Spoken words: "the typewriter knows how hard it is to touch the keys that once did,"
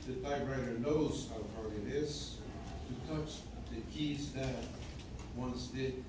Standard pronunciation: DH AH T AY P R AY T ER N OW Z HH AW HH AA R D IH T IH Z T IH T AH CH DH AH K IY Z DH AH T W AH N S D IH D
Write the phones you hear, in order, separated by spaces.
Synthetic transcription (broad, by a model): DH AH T AY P R AY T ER N OW Z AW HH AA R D IH T IH Z T IH T AH CH DH AH K IY Z DH AH T W AH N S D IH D